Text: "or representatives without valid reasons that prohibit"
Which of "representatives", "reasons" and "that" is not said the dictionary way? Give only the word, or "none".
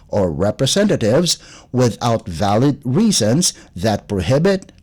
none